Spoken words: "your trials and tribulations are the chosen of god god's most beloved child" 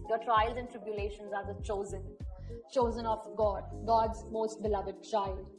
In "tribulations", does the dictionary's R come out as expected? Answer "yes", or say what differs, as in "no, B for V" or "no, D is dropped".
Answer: yes